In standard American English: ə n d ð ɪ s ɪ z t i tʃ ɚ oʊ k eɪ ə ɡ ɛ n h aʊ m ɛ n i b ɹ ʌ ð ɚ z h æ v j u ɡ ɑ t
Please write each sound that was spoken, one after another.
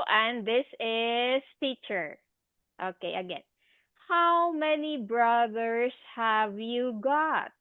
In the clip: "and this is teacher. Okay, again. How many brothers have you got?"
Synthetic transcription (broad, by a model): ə n d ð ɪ s ɪ s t i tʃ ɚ oʊ k eɪ ə ɡ ɛ n h aʊ m ɛ n i b ɹ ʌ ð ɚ s h æ v j u ɡ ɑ t